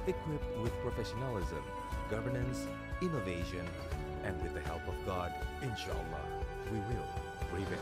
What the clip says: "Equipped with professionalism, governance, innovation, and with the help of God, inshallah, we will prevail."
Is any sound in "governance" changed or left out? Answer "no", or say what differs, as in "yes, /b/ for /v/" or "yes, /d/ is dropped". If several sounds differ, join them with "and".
no